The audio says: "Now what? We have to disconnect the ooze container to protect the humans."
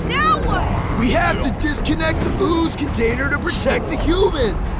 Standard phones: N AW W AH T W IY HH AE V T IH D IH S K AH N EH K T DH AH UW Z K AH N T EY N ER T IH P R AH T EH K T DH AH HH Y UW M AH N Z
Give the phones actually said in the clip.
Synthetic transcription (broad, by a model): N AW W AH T W IY HH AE F T IH D IH S K AH N EH K T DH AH UW Z K AH N T EY N ER T IH P R AH T EH K T DH AH HH Y UW M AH N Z